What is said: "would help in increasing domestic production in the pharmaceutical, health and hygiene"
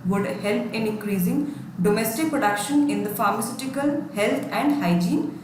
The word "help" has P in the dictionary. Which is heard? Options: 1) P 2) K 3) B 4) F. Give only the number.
1